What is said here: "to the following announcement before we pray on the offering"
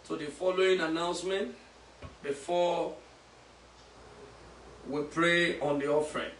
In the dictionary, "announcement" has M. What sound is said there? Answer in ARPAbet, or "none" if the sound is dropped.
M